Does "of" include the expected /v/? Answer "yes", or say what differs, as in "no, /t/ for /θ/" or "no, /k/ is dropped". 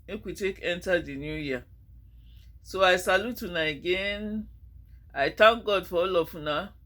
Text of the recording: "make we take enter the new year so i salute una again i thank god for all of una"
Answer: no, /f/ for /v/